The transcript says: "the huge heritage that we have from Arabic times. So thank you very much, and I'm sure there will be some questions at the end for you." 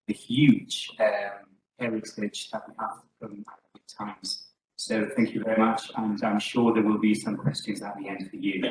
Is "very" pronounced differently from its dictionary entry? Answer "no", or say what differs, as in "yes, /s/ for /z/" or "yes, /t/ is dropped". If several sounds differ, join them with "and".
no